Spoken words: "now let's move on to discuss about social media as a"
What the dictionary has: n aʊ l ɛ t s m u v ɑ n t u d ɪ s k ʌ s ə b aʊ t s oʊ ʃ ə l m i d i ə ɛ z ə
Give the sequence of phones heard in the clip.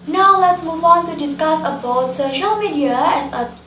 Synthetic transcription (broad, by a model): n aʊ l ɛ t s m u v ɑ n t u d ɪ s k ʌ s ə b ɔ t s oʊ ʃ ə l m i d i ə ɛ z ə